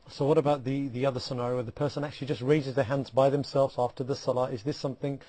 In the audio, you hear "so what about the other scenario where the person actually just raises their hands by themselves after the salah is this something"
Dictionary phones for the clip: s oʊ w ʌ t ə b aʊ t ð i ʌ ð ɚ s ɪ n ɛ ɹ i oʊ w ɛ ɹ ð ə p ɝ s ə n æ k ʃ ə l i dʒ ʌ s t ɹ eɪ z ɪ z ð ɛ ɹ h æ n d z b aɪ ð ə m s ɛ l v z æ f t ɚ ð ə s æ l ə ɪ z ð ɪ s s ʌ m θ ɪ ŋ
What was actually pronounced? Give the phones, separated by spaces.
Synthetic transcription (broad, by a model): s oʊ w ʌ t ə b aʊ t ð i ʌ ð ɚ s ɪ n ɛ ɹ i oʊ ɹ ð ə p ɝ s ə n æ k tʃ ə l i dʒ ʌ s t ɹ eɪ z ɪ z ð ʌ ɹ h æ n d z b aɪ ð ə m s ɛ l v z æ f t ɚ ð ə s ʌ l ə ɪ z ð ɪ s s ʌ m θ ɪ ŋ